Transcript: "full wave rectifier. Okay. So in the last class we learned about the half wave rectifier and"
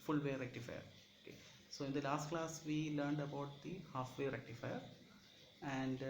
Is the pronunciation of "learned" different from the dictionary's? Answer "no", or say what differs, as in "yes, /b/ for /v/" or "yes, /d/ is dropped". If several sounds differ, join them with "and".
no